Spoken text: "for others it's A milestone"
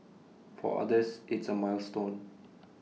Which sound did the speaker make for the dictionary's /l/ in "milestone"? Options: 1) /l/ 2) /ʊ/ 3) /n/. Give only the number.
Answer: 1